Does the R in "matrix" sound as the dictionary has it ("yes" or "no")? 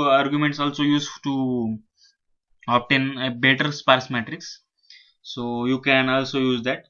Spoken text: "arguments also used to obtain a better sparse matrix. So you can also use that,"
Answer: yes